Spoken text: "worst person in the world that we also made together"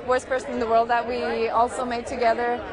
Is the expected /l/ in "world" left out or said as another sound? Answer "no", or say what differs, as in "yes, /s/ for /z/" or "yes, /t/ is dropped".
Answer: no